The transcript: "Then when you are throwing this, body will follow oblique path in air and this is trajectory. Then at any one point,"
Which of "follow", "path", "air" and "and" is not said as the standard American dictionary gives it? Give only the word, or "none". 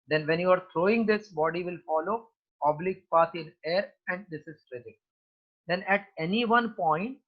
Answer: path